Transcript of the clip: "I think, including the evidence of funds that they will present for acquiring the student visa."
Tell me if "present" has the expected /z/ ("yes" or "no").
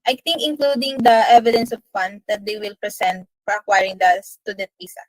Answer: no